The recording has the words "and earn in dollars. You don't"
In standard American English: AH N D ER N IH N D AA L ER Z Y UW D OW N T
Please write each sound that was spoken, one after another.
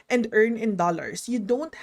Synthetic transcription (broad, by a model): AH N D ER N IH N D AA L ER S Y UW D OW N T